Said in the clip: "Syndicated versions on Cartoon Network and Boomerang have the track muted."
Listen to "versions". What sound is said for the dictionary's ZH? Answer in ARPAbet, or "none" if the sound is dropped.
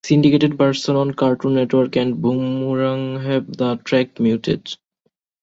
S